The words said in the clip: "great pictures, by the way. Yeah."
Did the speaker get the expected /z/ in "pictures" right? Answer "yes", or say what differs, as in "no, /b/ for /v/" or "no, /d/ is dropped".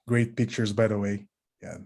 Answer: yes